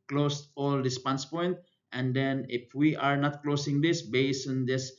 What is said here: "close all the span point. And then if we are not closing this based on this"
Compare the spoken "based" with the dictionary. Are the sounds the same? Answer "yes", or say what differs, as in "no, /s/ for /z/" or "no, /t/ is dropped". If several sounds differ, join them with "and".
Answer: no, /t/ is dropped